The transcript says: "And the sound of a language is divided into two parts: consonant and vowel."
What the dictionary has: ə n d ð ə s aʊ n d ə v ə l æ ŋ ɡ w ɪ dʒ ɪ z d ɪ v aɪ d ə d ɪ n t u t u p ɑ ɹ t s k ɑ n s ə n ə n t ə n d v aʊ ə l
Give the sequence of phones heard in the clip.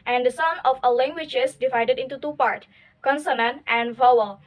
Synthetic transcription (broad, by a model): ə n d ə s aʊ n ə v ə l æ ŋ ɡ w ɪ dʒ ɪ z d ɪ v aɪ d ə d ɪ n t u t u p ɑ ɹ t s k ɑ n s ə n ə n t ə n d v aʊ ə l